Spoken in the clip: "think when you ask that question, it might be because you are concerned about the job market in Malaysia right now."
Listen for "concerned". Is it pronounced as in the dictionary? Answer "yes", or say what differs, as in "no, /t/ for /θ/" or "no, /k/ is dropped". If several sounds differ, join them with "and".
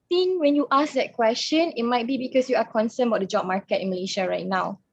no, /d/ is dropped